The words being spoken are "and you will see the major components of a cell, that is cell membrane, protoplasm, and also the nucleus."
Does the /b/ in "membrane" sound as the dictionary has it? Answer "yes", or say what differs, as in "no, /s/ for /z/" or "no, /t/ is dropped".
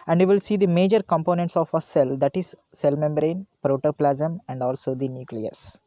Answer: yes